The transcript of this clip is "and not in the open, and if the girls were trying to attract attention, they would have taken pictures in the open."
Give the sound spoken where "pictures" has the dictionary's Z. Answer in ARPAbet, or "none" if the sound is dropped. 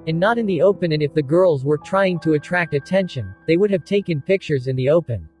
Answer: Z